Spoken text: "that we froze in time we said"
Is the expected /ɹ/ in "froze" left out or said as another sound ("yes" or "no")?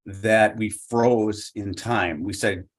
no